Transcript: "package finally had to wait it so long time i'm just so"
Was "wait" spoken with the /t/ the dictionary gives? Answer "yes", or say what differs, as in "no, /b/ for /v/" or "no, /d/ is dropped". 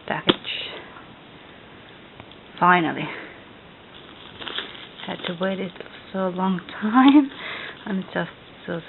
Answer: yes